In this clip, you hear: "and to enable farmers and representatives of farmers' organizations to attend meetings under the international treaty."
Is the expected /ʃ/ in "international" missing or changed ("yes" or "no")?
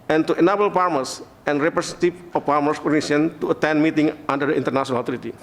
yes